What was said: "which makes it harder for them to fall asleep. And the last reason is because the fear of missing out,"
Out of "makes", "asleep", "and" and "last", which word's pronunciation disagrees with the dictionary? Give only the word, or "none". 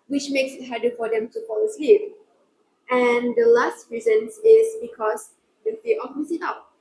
none